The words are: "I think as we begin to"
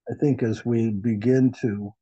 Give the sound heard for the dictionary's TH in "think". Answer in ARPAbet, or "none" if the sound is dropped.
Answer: TH